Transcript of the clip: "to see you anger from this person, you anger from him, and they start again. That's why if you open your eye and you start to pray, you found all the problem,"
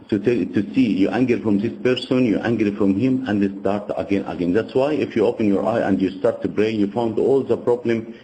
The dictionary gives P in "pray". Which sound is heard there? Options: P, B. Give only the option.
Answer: B